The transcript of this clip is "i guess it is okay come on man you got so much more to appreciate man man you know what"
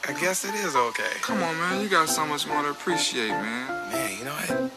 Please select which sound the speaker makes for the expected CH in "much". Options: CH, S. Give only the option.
S